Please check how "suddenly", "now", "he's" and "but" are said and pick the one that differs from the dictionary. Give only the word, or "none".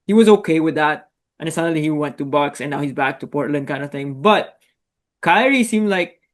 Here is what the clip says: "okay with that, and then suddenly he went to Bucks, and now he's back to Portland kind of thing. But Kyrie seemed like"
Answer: suddenly